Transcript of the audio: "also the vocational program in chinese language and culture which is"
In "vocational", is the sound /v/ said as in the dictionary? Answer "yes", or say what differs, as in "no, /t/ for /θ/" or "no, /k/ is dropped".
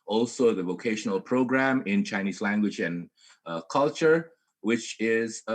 yes